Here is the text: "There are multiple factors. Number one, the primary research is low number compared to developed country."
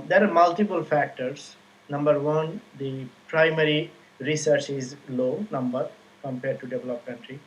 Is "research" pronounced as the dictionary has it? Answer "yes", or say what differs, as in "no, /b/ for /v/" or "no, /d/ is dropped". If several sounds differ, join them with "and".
yes